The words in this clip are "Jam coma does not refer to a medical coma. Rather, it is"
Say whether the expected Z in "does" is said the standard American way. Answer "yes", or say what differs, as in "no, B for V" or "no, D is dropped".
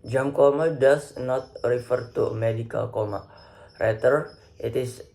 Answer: no, S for Z